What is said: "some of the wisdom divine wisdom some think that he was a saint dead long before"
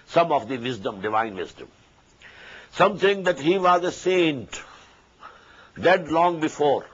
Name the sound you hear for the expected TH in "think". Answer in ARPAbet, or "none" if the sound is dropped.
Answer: T